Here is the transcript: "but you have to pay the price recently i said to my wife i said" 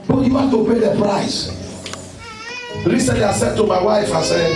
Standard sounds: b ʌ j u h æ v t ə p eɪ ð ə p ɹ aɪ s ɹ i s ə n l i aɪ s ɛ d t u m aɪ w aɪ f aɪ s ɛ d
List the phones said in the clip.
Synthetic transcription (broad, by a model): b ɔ j u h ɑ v t ə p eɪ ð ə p ɹ aɪ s l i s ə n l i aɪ s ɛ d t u m aɪ w aɪ f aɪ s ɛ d